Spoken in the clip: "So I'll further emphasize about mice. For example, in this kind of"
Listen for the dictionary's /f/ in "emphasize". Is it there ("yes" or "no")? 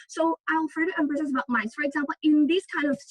no